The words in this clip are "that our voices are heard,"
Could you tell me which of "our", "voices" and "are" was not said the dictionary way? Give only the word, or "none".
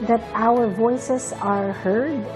voices